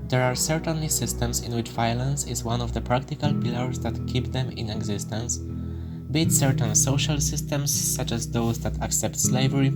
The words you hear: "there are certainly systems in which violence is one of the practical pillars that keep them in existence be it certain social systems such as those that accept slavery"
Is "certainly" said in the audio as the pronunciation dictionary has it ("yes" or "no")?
yes